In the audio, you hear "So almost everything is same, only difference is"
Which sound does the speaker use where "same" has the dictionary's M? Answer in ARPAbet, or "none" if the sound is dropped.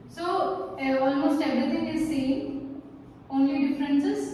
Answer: none